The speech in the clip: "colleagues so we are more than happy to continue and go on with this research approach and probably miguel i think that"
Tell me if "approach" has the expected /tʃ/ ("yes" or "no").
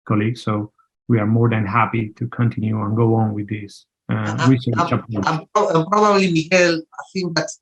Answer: no